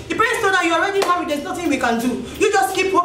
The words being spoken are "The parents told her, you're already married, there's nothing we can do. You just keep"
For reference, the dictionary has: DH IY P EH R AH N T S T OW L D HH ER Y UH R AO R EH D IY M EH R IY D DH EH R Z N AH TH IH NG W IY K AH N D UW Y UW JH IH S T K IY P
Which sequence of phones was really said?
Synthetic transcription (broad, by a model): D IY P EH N S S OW D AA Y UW AO R EH D IY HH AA W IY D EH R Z N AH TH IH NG W IY K AH N D UW Y UW JH IH S T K IY P